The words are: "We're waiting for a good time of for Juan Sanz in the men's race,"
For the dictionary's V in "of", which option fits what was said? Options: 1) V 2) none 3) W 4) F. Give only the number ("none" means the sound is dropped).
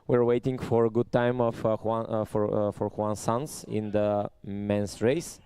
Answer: 4